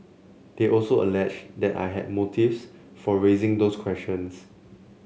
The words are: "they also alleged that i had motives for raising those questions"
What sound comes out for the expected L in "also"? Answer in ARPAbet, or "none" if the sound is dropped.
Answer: L